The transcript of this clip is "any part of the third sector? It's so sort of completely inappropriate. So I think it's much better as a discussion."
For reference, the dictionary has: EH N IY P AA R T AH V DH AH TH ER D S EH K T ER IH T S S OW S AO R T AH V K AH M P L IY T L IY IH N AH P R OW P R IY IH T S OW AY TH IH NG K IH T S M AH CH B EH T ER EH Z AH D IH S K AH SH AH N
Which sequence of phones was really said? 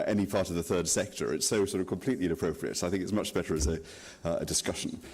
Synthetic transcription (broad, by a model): EH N IY P AA R T AH V DH AH TH ER D S EH K T ER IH T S S OW S AO R T AH V K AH M P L IY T L IY IH N AH P R OW P R IY IH T S OW AY TH IH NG K IH T S M AH CH B EH T ER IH Z AH D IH S K AH SH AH N